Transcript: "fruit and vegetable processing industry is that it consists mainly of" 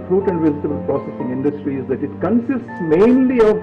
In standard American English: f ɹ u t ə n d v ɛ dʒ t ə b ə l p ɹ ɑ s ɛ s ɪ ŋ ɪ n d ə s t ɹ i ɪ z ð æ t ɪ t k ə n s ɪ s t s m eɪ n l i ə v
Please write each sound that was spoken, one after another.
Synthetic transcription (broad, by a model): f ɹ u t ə n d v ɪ z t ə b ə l p ɹ ɑ s ɛ s ɪ ŋ ɪ n d ə s t ɹ i ɪ z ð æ t ɪ t k ə n s ɪ s t s m eɪ n l i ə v